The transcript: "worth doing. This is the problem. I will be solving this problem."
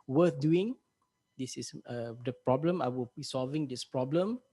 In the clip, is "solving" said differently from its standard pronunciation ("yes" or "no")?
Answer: no